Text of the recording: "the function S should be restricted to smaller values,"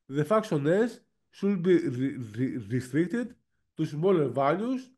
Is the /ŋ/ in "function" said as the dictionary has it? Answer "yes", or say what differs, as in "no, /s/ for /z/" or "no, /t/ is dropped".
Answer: no, /ŋ/ is dropped